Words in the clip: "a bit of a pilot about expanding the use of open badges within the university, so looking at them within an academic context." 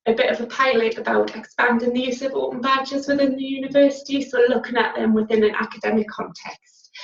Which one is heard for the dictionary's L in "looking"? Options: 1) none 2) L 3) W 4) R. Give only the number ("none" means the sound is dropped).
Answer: 2